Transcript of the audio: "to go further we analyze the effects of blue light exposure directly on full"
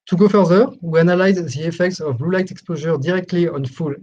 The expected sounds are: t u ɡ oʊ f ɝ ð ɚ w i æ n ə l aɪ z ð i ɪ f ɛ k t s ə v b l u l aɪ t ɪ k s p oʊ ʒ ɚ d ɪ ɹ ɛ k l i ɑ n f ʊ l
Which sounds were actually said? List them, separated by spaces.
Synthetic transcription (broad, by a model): t u ɡ oʊ f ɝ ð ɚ w i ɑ n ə l aɪ z ð i ɪ f ɛ k t s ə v b l u l aɪ t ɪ k s p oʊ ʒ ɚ d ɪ ɹ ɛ k l i ɑ n f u l